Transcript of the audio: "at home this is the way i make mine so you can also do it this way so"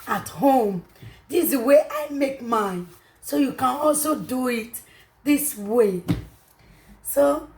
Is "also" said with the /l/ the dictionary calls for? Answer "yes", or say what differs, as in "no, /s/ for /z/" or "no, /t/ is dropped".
yes